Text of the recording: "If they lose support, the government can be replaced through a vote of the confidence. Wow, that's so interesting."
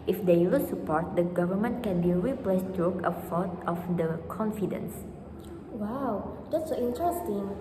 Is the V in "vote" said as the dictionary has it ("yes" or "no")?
no